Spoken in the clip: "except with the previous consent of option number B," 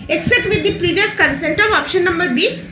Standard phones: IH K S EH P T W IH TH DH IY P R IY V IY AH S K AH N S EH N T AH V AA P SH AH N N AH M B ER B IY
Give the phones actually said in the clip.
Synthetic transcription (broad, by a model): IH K S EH P T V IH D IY P R IY V IY AH S K AH N S EH N T AH V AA P SH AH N N AH M B ER B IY